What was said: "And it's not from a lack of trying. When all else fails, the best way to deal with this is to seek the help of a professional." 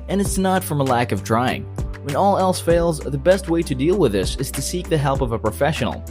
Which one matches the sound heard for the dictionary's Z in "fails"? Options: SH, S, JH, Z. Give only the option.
Z